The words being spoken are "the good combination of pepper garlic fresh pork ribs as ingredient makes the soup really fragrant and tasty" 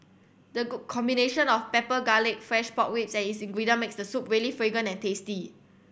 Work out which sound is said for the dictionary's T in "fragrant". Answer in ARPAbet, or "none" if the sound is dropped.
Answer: none